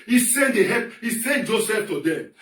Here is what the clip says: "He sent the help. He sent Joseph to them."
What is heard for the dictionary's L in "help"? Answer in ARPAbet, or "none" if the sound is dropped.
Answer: none